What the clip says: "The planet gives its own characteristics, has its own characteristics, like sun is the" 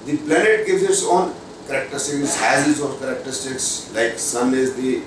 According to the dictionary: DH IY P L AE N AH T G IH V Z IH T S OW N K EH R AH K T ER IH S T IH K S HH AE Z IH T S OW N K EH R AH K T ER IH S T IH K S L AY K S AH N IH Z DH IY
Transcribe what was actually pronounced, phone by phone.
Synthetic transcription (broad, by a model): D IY P L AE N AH T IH Z IH T S OW N K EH R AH K T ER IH S T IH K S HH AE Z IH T K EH R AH K T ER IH S T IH K S L AY K S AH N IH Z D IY